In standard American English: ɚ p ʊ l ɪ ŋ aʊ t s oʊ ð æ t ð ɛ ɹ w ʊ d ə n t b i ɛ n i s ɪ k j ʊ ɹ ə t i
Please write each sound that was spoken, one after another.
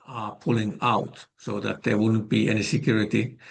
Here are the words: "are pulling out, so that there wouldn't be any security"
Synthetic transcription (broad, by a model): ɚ p ʊ l ɪ ŋ aʊ t s oʊ ð æ t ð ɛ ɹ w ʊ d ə n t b i ɛ n i s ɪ k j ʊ ɹ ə t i